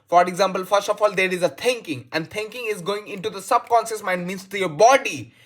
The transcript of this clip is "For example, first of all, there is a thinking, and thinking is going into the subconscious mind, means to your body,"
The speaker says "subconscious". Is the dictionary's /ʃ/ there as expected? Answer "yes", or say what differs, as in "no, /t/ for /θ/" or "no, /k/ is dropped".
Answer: no, /s/ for /ʃ/